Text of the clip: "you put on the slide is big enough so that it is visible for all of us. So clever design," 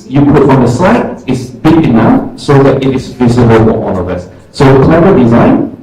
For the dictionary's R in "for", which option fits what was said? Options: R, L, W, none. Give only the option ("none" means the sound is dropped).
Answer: W